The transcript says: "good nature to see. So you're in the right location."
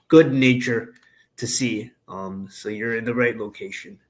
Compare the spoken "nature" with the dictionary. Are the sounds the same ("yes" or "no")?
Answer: yes